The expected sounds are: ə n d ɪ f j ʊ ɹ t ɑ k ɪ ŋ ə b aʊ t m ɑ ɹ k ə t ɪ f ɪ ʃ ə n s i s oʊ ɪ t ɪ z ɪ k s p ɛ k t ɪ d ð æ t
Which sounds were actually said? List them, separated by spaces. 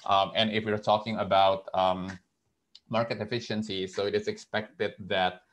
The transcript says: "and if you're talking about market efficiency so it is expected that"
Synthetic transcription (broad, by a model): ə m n ɪ f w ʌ ɹ t ɑ k ɪ ŋ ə b aʊ t m ɑ ɹ k ə t ɪ f ɪ ʃ ə n s i s oʊ ɪ t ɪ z ɪ k s p ɛ k t ɪ d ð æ t